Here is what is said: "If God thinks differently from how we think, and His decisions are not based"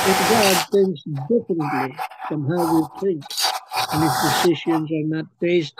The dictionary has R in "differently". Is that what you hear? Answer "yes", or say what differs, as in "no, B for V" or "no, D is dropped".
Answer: no, R is dropped